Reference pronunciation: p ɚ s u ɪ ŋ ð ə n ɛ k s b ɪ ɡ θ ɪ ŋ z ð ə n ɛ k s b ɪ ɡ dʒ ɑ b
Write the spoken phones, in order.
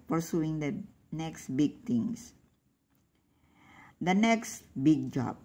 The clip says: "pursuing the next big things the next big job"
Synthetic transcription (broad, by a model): p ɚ s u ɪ ŋ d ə n ɛ k s b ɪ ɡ t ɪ ŋ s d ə n ɛ k s b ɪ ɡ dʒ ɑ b